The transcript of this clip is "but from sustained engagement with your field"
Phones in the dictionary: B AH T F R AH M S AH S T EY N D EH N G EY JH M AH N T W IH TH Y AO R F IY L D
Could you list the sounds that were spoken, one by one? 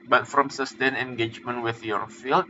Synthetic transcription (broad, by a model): B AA T F R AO M S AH S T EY N EH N G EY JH M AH N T W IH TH Y AO R F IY L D